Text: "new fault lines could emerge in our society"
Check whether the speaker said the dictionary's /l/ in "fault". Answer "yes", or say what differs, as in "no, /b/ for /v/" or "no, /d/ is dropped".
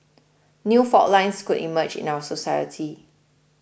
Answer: no, /l/ is dropped